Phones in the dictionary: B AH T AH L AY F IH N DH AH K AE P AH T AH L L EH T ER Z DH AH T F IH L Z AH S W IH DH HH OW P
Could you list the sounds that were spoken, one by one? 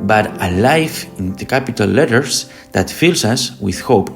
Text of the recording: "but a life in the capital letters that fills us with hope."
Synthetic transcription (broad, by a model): B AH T AH L AY F IH N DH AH K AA P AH T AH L L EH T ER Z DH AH T F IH L S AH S W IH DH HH OW P